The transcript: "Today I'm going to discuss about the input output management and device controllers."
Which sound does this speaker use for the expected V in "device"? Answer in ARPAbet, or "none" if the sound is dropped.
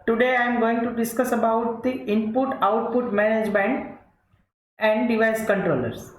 V